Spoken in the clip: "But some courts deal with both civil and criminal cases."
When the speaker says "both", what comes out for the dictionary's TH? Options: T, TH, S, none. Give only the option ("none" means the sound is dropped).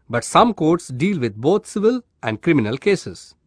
T